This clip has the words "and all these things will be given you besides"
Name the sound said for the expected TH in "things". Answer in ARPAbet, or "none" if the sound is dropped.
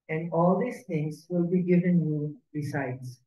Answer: T